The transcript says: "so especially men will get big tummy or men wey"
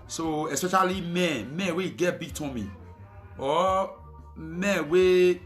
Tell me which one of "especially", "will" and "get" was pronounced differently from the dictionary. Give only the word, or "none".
will